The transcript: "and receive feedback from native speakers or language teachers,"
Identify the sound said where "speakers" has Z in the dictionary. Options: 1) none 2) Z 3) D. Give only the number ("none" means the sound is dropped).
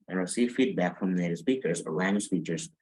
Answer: 2